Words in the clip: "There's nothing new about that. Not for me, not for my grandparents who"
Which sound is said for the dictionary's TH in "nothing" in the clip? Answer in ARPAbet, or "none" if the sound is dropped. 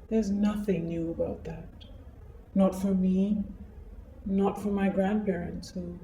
TH